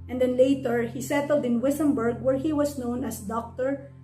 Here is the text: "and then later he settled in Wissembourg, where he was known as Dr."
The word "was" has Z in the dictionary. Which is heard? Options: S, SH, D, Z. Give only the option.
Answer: S